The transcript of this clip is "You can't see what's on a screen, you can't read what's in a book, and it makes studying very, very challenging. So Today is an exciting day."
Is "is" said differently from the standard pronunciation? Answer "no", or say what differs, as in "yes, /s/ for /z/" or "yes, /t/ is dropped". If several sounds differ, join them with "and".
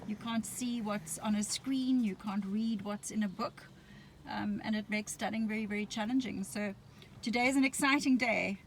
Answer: no